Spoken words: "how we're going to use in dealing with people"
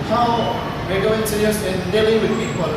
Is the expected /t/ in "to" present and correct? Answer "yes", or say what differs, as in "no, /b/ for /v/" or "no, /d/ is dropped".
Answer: no, /s/ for /t/